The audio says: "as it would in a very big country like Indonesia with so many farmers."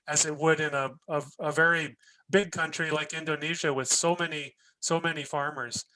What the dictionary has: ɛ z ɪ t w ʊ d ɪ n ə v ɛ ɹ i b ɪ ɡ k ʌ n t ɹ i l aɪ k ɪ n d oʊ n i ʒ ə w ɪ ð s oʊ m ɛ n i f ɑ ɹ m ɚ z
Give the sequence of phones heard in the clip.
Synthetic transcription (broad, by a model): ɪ z ɪ t w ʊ d ɪ n ə v ɛ ɹ i b ɪ ɡ k ʌ n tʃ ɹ i l aɪ k ɪ n d oʊ n i ʒ ə w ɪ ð s oʊ m ɛ n i f ɑ ɹ m ɚ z